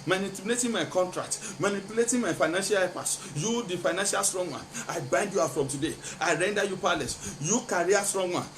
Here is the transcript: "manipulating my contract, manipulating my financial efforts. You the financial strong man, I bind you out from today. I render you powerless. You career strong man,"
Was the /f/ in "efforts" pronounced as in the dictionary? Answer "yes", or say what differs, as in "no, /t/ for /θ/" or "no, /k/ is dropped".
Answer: no, /p/ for /f/